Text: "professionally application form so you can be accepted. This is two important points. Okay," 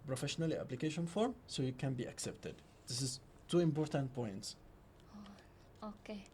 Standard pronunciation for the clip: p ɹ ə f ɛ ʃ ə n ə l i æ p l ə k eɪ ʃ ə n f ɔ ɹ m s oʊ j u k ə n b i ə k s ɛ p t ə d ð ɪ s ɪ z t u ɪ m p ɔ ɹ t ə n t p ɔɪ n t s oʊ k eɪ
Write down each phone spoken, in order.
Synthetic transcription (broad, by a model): p ɹ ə f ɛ ʃ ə n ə l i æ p l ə k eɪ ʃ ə n f ɔ ɹ m s oʊ j u k ə n b i ə k s ɛ p t ə d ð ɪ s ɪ s t u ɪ m p ɔ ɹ t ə n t p ɔɪ n t s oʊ k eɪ